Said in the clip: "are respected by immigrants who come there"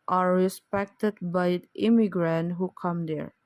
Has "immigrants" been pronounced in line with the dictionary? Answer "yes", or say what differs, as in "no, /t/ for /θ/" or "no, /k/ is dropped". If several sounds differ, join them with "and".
no, /s/ is dropped